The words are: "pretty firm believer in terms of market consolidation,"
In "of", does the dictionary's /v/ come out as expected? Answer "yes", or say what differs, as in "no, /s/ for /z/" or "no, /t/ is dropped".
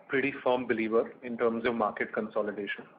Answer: yes